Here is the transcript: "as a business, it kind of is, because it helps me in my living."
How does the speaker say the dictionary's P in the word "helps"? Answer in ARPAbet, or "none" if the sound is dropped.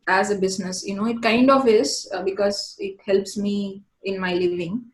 P